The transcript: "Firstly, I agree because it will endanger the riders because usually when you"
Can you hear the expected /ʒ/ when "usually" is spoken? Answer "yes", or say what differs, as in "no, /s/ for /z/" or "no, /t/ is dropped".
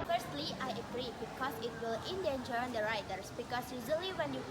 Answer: no, /z/ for /ʒ/